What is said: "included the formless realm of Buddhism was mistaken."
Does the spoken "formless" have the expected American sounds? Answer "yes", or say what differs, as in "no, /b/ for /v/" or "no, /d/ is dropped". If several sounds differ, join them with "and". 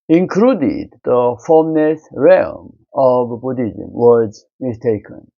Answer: no, /n/ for /l/